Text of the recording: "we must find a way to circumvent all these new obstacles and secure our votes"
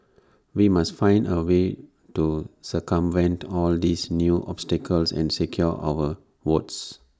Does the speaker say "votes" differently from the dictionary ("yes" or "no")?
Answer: yes